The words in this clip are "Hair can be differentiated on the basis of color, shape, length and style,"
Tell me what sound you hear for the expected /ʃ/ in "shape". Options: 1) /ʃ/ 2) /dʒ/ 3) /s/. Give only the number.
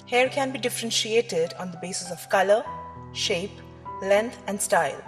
1